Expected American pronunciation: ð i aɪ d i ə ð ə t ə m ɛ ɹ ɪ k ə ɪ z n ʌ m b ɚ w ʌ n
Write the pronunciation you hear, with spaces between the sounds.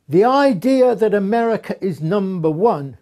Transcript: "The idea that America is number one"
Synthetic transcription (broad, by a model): ð i aɪ d i ə ð ə t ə m ɛ ɹ ɪ k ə ɪ z n ʌ m b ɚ w ʌ n